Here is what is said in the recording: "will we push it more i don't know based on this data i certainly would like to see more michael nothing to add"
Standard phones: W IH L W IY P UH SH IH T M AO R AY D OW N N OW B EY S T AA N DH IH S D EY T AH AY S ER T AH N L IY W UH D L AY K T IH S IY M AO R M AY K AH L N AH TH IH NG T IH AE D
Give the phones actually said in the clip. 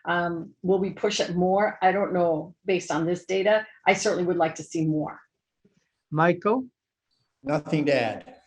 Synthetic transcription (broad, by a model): W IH L W IY P UH SH IH T M AO R AY D OW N N OW B EY S T N DH IH S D EY T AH AY S ER T N L IY W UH D L AY K T IH S IY M AO R M AY K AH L N AH TH IH NG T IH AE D